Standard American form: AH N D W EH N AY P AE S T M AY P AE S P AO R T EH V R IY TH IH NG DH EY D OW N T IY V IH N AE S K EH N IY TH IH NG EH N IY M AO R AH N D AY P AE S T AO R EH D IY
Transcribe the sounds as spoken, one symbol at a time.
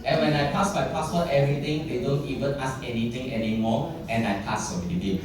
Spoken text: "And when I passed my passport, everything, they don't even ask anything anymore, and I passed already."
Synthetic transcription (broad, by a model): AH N W EH N AY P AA S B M AY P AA S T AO T EH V R IY T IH NG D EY D OW N T IY V IH N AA S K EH N IY T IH NG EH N IY M AO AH N AY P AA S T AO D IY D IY